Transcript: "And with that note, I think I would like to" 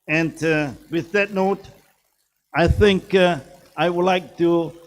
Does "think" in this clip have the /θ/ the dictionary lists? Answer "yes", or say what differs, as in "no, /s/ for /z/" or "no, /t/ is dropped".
yes